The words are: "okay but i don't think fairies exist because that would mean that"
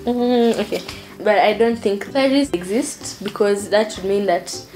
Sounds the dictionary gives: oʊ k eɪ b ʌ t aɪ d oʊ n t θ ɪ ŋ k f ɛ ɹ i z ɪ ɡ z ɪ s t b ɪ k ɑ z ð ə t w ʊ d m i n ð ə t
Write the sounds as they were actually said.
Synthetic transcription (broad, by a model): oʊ k eɪ b ʌ t aɪ d oʊ n t θ ɪ ŋ k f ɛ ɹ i s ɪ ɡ z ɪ s t b ɪ k ɑ z ð ə t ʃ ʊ d m i n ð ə t